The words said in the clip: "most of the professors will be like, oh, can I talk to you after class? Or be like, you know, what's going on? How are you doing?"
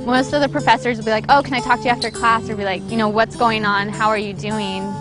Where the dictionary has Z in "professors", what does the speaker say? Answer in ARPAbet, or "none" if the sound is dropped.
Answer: Z